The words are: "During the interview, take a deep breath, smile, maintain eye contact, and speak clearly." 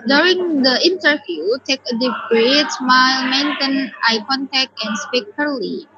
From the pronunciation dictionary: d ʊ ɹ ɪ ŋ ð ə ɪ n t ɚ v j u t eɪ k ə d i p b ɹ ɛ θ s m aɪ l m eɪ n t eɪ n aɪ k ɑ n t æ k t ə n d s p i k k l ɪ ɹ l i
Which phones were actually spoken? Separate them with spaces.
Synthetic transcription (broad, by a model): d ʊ ɹ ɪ ŋ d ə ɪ n t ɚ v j u t eɪ k ə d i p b ɹ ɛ t s m aɪ l m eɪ n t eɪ n aɪ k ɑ n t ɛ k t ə n s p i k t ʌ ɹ l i